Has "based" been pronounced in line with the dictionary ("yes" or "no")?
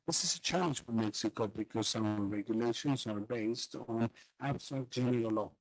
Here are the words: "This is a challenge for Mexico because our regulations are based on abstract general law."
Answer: yes